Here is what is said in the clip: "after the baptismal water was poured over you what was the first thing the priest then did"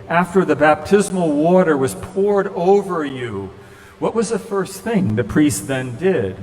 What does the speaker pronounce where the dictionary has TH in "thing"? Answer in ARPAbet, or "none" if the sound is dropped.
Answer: TH